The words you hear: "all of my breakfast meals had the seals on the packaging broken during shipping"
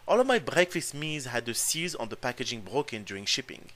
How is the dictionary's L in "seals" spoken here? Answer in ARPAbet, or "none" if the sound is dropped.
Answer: none